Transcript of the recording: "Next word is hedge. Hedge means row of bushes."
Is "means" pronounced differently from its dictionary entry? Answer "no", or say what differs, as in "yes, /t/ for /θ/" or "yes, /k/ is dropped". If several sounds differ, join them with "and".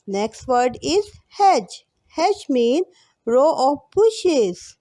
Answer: yes, /z/ is dropped